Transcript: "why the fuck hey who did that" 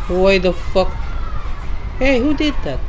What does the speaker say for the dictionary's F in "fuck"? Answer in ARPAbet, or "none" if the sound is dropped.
F